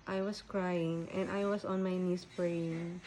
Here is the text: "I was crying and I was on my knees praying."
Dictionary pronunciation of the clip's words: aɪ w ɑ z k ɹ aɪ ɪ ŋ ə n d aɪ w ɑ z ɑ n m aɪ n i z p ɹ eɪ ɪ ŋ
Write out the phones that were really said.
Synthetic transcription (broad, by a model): aɪ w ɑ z k ɹ aɪ ɪ ŋ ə n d aɪ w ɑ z ɑ n m aɪ n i s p ɹ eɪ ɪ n